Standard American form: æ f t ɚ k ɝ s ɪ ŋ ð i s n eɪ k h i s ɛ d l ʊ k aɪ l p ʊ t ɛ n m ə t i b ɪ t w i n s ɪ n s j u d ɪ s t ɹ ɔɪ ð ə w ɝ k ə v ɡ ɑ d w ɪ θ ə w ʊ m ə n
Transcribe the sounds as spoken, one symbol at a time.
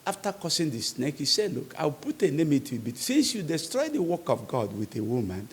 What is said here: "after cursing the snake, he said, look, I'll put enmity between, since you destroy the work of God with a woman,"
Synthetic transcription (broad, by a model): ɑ f t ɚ k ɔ s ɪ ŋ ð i s n eɪ k h i s ɛ d l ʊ k aɪ w p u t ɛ n m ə t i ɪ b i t s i n s j u d ɪ s t ɹ ɔɪ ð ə w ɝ k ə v ɡ ɑ d w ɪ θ ə w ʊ m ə n